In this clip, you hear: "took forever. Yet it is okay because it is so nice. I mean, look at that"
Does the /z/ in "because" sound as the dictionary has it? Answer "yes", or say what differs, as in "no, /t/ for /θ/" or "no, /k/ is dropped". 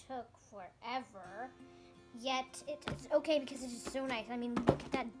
yes